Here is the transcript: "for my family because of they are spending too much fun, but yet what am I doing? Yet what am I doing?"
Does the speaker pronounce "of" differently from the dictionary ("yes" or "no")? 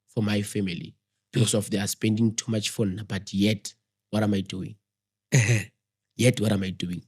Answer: yes